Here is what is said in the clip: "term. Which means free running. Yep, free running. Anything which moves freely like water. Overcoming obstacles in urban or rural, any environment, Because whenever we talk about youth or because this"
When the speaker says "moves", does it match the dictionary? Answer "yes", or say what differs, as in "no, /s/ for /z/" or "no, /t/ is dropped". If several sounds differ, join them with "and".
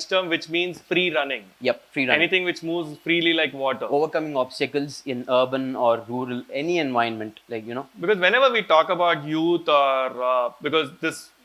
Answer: yes